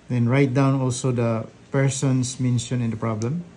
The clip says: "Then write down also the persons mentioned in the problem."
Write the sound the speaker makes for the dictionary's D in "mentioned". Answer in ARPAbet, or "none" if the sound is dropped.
none